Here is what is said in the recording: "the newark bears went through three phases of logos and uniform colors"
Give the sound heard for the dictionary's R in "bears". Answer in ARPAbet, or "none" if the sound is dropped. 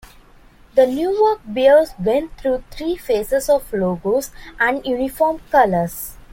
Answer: L